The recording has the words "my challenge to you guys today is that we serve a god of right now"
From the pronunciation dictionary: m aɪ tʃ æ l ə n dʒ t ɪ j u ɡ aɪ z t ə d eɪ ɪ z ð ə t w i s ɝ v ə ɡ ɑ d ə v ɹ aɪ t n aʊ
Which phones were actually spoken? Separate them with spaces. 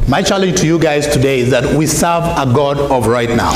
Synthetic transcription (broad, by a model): m aɪ tʃ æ l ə n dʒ t ɪ j u ɡ aɪ z t ə d eɪ ɪ z ð ə t w i s ɝ v ə ɡ ɑ d ə v ɹ aɪ t n aʊ